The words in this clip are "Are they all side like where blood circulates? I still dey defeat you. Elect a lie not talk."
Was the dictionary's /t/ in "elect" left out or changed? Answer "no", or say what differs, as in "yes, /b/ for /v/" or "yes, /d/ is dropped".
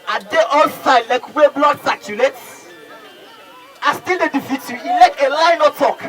yes, /t/ is dropped